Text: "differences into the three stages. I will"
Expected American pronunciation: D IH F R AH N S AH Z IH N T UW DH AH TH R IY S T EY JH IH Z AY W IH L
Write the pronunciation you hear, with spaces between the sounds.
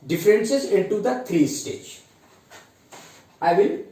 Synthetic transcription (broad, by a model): D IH F R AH N S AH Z IH N T UW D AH T R IY S T EY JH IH IH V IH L